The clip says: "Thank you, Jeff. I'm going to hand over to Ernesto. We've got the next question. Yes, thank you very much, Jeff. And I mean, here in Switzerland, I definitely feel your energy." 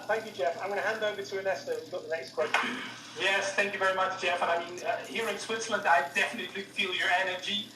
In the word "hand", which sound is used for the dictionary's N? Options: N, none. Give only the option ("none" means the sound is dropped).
N